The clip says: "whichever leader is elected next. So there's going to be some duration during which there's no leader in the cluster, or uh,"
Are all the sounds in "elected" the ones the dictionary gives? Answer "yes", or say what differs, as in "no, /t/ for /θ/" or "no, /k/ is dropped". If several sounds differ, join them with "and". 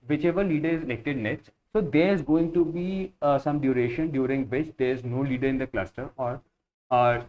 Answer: no, /n/ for /l/